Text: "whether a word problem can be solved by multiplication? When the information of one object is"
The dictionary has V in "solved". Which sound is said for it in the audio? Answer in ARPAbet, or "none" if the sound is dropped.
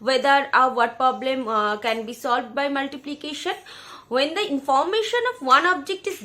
V